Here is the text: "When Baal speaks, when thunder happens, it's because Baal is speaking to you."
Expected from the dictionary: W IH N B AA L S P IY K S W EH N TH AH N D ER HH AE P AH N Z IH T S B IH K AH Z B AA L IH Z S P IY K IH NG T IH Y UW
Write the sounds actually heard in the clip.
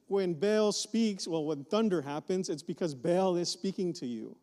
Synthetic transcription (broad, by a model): W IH N B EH L S P IY K S W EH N TH AH N D ER HH AE P AH N Z IH T S B IH K AH Z B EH L IH Z S P IY K IH NG T IH Y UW